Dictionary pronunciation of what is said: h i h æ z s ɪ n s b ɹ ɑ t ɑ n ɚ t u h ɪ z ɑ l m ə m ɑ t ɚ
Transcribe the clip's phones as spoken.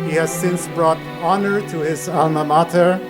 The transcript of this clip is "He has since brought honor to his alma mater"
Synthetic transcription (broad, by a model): h i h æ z s ɪ n s b ɹ ɑ t ɑ n ɚ t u h ɪ z ɑ l m ə m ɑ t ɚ